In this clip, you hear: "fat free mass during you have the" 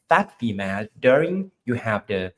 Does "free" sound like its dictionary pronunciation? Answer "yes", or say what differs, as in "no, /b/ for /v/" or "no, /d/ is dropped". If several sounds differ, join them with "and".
no, /ɹ/ is dropped